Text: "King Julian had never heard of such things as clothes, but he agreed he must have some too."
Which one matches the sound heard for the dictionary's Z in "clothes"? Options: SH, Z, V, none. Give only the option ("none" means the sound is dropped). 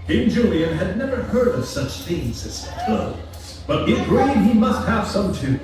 none